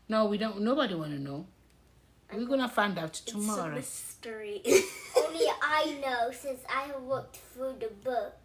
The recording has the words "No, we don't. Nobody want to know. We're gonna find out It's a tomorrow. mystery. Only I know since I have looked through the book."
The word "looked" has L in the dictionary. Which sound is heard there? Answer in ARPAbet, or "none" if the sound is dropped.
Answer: W